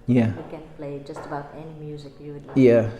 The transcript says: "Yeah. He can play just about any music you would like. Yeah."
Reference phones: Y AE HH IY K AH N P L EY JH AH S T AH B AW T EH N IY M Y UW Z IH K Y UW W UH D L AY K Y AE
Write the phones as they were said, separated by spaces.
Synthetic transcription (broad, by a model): Y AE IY K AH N P L EY JH AH S T AH B AW T EH N IY M Y UW Z IH K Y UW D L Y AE